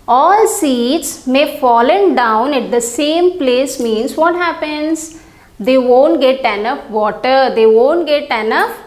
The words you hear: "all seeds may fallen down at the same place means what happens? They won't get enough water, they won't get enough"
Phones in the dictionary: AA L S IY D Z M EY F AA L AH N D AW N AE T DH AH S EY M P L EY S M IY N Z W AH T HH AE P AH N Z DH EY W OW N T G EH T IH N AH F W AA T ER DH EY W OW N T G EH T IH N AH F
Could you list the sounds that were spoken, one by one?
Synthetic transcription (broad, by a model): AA L S IY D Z M EY F AA L AH N D AW N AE T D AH S EY M P L EY S M IY N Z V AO T HH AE P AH N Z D EY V OW N T G EH T IH N AH F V AA T ER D EY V OW N T G EH T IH N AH F